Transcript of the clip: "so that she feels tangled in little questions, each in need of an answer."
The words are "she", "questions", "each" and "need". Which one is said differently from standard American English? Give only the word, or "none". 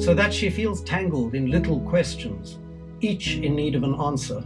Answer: none